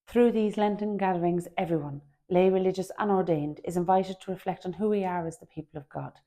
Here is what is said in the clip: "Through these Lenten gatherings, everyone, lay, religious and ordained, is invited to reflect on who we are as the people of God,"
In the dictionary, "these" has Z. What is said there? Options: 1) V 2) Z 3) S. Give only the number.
2